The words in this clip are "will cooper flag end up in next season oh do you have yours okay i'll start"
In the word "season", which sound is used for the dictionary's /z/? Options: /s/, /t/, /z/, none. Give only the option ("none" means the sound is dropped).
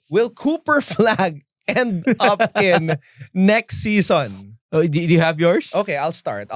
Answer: /s/